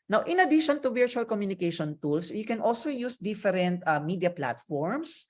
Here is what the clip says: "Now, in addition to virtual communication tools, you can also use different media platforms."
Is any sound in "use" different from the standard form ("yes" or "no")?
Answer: no